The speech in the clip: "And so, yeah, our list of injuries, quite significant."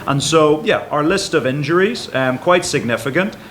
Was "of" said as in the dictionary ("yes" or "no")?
yes